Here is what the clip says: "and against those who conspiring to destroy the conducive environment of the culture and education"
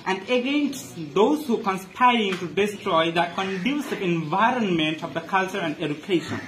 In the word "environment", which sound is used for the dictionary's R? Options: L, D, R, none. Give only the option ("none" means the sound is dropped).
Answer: R